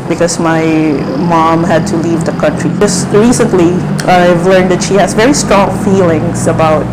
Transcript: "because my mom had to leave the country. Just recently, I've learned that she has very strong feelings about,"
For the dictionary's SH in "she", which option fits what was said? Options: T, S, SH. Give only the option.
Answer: SH